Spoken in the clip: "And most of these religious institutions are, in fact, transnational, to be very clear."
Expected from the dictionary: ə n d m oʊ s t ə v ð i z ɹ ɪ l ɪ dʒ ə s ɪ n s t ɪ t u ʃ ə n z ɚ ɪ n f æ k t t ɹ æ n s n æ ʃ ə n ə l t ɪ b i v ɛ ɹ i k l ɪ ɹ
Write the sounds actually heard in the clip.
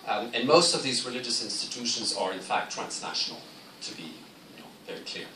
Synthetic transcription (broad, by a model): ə n m oʊ s t ə v ð i z ɹ ɪ l ɪ dʒ ə s ɪ n s t ɪ t u ʃ ə n z ɚ ɪ n f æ k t t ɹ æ n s n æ ʃ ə n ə l t ɪ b i v ɛ ɹ i k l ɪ ɹ